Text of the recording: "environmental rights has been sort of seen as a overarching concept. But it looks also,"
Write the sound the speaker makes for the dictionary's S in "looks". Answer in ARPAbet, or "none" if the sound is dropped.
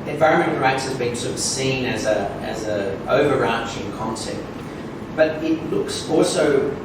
S